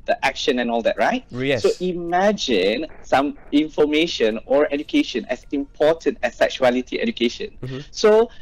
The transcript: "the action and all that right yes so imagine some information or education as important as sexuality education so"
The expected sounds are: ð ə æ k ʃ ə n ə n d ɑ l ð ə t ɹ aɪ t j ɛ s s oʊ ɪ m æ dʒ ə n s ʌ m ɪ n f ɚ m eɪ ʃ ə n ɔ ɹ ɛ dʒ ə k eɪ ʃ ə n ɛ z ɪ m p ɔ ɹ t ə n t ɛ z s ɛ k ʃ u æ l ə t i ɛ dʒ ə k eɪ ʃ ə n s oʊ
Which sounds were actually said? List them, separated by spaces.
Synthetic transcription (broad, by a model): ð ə æ k ʃ ə n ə n ɑ l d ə t ɹ aɪ t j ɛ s s oʊ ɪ m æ dʒ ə n s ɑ m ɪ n f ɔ m eɪ ʃ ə n ɔ ɹ ɛ dʒ ə k eɪ ʃ ə n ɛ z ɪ m p ɔ t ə n t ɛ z s ɛ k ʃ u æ l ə t i ɛ dʒ ə k eɪ ʃ ə n s oʊ